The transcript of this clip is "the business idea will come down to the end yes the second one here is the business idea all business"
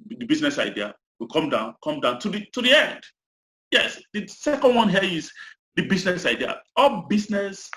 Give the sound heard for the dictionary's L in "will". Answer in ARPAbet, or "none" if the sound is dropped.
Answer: N